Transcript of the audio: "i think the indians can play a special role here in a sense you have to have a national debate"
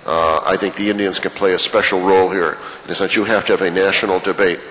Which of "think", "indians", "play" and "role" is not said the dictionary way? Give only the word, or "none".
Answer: none